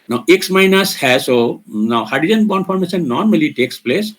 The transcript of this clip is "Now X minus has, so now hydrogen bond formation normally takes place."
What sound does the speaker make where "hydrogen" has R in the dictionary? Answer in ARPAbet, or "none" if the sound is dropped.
none